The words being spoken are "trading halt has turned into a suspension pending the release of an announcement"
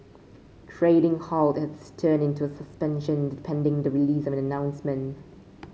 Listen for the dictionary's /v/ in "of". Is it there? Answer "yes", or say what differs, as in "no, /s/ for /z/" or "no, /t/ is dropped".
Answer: yes